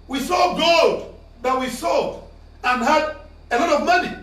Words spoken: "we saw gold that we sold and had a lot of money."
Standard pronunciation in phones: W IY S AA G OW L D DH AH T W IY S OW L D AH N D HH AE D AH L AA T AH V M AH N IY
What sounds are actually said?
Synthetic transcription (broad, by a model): W IY S AA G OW D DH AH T W IY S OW D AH N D HH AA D AH L AA T AH V M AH N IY